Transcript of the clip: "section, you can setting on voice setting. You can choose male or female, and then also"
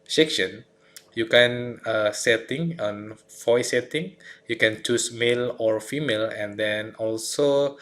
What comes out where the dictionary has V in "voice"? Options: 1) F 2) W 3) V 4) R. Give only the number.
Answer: 1